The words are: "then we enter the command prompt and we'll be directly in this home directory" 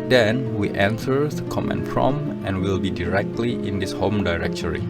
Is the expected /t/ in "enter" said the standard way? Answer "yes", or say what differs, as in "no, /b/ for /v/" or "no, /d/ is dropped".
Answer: no, /s/ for /t/